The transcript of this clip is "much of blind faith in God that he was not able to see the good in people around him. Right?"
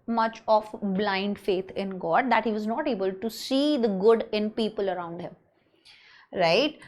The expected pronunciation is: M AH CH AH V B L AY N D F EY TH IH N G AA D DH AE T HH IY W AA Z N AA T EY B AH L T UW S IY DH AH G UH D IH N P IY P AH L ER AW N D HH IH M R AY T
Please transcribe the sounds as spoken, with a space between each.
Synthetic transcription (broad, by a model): M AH CH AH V B L AY N D F EY T IH N G AA D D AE T HH IY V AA Z N AA T EY B AH L T UW S IY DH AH G UH D IH N P IY P AH L ER AW N D HH IH M R AY T